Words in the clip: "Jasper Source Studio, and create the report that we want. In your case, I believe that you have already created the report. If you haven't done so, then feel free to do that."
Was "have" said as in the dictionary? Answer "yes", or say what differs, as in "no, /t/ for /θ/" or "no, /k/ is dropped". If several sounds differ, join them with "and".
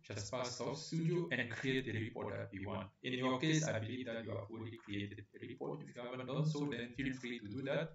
no, /f/ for /v/